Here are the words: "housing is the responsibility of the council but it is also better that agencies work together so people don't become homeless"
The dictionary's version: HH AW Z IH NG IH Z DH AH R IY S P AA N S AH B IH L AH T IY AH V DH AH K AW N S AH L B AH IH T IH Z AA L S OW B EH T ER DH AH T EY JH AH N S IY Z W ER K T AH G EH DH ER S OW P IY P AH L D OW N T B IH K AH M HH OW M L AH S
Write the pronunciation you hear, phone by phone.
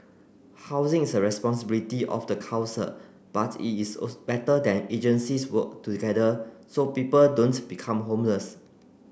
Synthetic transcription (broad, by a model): HH AW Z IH NG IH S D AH R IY S P AA N S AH B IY L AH T IY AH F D AH K AW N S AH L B IH T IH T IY S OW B EH T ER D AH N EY JH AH N S IY S W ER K T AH G EH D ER S OW P IY P AH L D OW N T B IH K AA M HH OW M L AH S